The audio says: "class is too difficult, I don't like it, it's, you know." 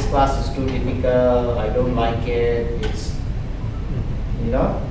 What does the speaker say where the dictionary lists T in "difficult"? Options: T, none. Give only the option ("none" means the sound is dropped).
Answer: none